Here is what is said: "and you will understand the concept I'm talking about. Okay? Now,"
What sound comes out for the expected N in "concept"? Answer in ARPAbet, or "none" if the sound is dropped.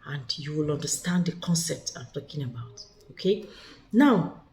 N